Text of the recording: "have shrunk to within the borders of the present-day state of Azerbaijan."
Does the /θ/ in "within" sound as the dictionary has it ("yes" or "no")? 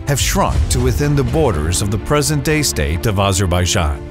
yes